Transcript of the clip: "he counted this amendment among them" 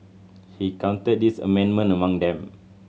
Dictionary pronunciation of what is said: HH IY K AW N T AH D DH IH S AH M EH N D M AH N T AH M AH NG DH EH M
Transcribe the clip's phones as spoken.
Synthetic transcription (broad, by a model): HH IY K AW N T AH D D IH S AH M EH N M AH N AH M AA NG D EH M